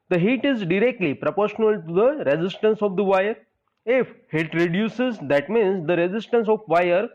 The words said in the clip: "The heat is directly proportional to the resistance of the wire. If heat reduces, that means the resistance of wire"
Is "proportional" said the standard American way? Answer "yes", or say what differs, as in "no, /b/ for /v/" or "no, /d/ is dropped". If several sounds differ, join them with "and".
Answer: yes